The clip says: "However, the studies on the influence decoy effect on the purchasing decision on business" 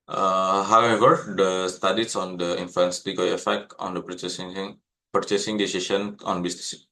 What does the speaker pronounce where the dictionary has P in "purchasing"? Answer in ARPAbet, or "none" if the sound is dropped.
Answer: P